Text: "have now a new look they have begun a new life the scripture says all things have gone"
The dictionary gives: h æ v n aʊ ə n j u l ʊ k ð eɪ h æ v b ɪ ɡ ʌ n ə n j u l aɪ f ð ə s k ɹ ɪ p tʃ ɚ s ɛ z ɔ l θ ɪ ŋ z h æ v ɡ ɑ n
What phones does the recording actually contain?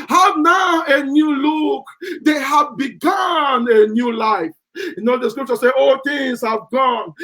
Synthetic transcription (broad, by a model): h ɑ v n aʊ ə n j u l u k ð eɪ h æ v b ɪ ɡ ʌ n ə n j u l aɪ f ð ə s k ɹ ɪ p tʃ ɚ s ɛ ɔ l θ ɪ ŋ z h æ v ɡ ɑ n